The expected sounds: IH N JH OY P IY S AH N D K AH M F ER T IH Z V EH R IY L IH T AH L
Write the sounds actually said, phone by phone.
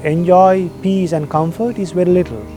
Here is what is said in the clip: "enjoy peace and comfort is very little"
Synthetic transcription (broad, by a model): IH N JH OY P IY S AH N D K AH M F ER T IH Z V EH R IY L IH T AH L